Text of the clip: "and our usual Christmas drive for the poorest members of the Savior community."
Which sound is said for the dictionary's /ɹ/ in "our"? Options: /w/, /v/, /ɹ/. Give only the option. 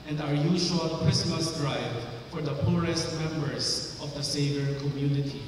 /ɹ/